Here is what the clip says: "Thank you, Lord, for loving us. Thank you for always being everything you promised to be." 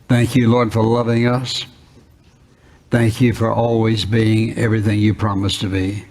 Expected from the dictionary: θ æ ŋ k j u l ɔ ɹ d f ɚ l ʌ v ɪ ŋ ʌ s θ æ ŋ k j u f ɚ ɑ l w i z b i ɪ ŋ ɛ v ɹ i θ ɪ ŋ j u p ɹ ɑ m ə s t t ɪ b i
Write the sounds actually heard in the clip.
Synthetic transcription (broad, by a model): θ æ ŋ k j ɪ l ɔ ɹ d f ɚ l ʌ v ɪ ŋ ʌ s θ æ ŋ k j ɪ f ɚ ɑ l w i z b i ɪ ŋ ɛ v ɹ i θ ɪ ŋ j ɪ p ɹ ɑ m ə s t t ɪ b i